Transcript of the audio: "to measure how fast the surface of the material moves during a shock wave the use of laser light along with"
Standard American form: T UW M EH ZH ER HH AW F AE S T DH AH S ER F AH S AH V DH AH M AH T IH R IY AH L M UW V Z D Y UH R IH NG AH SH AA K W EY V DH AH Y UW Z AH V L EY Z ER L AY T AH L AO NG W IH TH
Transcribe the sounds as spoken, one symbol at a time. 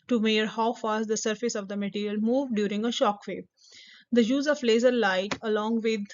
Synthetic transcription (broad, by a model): T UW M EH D HH AW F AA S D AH S ER F AH S AH V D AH M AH T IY R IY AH L M UW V D Y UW R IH NG AH SH AA K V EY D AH Y UW Z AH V L EY Z ER L AY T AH L AO NG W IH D